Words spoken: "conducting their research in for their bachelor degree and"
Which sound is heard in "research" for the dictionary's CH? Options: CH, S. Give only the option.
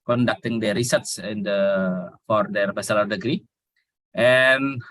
S